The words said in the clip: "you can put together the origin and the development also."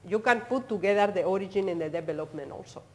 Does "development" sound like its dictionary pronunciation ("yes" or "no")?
no